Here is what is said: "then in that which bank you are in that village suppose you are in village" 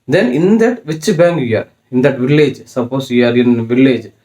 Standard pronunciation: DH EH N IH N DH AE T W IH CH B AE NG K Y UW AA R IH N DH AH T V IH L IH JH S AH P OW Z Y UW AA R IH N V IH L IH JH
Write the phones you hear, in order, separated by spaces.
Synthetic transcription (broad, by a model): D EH N IH N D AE T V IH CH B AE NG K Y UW AA R IH N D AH T V IH L IH JH S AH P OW S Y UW AA R IH N V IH L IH JH